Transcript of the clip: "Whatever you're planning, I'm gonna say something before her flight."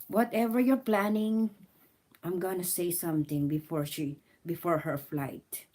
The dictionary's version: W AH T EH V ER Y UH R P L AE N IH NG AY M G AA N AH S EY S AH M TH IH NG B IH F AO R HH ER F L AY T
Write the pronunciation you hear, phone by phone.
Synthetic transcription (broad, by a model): W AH T EH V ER Y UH R P L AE N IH NG AY M G AA N AH S EY S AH M T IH NG B IH F AO R HH ER F L AY T